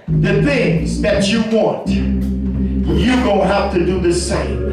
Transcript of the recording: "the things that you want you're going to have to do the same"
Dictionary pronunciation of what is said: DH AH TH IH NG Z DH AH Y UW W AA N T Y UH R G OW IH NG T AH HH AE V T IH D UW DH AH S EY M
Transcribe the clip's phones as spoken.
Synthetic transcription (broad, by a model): DH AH TH IH NG Z DH AH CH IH W AA N T Y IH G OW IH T HH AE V T IH D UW DH AH S EY M